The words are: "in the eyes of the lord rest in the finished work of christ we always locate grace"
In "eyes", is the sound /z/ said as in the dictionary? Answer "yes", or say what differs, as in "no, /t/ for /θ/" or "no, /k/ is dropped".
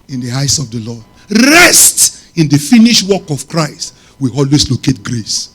no, /s/ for /z/